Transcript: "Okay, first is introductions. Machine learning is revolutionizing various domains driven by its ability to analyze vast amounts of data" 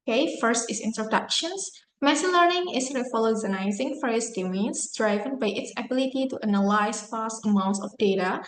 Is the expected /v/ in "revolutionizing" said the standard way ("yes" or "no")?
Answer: no